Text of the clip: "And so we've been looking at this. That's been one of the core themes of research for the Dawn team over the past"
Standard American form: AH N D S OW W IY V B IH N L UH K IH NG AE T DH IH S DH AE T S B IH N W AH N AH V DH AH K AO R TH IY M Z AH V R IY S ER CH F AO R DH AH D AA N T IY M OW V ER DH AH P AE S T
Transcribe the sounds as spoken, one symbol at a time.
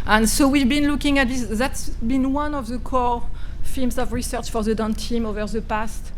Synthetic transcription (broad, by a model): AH N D S OW W IY V B IH N L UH K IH NG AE T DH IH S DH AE T S B IH N W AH N AH V DH AH K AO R F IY M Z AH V R IY S ER CH F AO R DH AH D AA N T IY M OW V ER DH AH P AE S T